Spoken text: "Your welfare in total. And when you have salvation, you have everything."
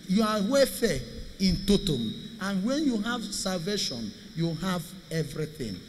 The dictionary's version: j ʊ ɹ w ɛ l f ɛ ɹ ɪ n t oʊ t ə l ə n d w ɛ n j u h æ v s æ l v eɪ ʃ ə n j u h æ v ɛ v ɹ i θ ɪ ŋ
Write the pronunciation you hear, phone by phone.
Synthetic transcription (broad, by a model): j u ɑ w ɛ f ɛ ɪ n t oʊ t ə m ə n w ɛ n j u h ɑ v s æ l v eɪ ʃ ə n j u h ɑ v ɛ v ɹ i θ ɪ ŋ